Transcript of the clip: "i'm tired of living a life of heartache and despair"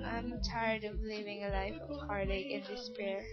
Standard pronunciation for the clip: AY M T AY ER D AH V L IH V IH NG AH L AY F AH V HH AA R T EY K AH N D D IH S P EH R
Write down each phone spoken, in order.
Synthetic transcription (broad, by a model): AY M T AY ER D AH V L IH V IH NG AH L AY F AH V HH AA R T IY AH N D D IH S P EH R